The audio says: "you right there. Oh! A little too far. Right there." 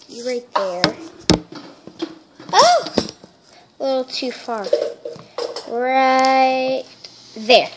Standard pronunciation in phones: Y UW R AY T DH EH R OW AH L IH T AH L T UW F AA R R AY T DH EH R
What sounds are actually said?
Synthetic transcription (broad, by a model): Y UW R AY T DH EH R OW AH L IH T L T UW F AA R R AY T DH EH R